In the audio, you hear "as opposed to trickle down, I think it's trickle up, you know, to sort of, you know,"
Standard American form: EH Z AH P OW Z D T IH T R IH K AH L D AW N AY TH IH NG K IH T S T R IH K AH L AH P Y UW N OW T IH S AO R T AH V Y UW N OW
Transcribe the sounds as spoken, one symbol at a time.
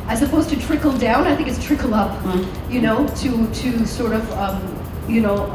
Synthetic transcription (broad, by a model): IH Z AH P OW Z T IH T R IH K L D AW N AY TH IH NG K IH T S T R IH K L AH P Y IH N OW T IH S AO R T AH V Y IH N OW